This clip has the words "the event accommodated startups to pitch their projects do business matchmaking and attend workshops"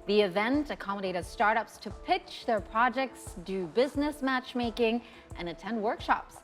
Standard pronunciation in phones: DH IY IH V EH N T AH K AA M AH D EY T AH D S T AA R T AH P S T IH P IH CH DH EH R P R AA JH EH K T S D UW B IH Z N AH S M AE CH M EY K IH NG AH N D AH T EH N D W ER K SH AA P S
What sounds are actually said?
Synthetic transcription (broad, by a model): DH IY IH V EH N T AH K AA M AH D EY T AH D S T AA R T AH P S T IH P IH CH DH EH R P R AA JH EH K T S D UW B IH Z N AH S M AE CH M EY K IH NG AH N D AH T EH N D W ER K SH AA P S